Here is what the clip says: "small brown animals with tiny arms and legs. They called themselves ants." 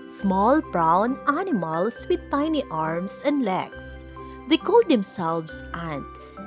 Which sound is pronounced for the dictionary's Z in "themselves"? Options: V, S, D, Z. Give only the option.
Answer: S